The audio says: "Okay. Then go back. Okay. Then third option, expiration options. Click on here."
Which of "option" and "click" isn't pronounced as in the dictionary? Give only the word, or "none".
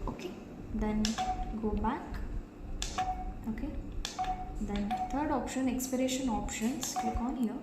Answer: click